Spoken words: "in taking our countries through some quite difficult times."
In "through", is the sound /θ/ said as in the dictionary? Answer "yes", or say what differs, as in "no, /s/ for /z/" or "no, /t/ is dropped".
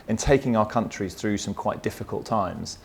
yes